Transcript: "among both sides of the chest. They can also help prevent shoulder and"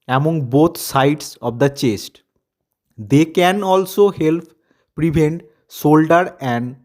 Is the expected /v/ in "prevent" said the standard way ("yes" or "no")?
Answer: no